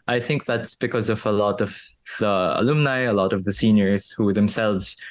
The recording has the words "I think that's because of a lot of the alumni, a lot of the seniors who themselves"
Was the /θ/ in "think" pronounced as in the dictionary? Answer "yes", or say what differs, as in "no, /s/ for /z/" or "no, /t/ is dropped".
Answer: yes